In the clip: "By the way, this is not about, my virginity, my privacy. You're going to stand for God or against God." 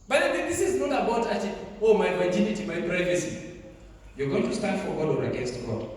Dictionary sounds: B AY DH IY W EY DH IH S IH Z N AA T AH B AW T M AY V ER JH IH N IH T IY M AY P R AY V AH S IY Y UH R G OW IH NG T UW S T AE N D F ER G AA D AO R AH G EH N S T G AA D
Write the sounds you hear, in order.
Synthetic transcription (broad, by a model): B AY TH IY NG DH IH S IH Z N AA T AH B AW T M AY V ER JH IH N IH T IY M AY P R AY V AH S IY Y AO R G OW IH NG T UW S T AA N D F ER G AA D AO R AH G EH N S T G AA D